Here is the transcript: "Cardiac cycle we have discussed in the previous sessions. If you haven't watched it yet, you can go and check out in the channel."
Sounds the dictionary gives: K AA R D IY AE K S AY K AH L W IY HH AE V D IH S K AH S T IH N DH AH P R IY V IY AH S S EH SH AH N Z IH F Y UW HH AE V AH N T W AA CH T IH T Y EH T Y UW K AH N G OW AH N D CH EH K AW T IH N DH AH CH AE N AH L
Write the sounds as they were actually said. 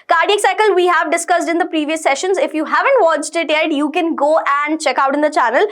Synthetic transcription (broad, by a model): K AA R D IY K S AY K AH L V IY HH AE V D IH S K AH S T IH N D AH P R IY V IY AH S S EH SH AH N Z IH F Y UW HH AE V AH N T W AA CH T IH T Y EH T Y UW K AH N G OW AH N D CH EH K AW T IH N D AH CH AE N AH L